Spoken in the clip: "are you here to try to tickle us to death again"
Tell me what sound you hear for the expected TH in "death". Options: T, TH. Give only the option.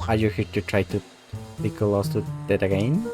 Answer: T